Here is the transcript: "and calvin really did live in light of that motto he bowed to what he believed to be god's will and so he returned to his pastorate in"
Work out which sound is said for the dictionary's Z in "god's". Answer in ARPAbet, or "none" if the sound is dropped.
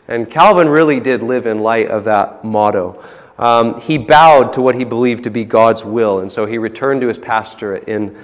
Z